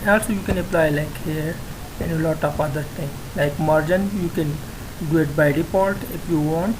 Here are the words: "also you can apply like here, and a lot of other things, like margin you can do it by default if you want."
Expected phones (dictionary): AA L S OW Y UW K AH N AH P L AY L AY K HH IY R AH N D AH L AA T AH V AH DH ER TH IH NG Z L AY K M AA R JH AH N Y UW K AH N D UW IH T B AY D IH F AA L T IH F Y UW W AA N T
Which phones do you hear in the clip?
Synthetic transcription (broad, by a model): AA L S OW Y UW K AH N AH P L AY L AY K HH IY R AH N AH L AA T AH F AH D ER T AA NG L AY K M AA R JH AH N Y UW K AH N D UW IH T B AY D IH P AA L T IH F Y UW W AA N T